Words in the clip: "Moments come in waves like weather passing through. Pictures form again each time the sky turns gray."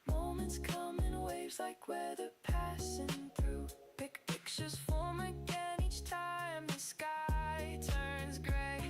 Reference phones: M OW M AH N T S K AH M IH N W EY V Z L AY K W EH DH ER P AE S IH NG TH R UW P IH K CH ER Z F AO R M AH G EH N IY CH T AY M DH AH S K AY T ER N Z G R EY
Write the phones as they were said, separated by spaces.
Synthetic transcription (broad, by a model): M OW M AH N T S K AH M IH N W EY V Z L AY K W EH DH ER P AE S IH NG TH R UW P IH K CH ER Z F AO R M AH G EH N IY CH T AY M DH AH S K AY T ER N Z G R EY